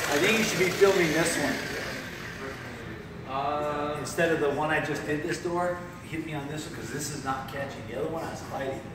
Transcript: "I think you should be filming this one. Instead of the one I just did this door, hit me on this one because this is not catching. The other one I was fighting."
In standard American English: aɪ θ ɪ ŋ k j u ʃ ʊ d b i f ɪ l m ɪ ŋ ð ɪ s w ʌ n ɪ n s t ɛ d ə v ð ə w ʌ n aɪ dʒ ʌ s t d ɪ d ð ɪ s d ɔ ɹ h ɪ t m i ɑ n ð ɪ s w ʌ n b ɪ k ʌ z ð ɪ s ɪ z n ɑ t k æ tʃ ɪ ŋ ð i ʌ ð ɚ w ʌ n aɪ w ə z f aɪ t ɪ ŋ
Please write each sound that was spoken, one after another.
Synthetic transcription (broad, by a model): aɪ θ ɪ ŋ k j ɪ ʃ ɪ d b i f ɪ l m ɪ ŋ ð ɪ s w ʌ n ɪ n s t ɛ d ə v ð ə w ʌ n aɪ dʒ ʌ s d ɪ d ð ɪ s d ɔ ɹ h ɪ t m i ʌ n ð ɪ s w ʌ n k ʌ z ð ɪ s ɪ z n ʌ t k æ tʃ ɪ ŋ ð i ʌ ð ɚ w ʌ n aɪ w ə z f aɪ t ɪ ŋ